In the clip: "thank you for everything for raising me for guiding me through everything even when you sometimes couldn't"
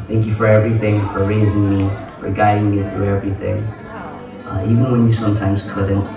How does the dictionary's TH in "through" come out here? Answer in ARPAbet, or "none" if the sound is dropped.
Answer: TH